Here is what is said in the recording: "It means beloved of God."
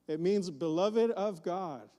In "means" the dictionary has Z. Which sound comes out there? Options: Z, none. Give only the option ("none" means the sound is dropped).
Z